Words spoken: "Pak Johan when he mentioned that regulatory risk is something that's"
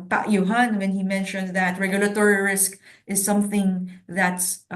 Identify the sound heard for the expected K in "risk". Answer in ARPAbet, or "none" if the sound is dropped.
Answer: K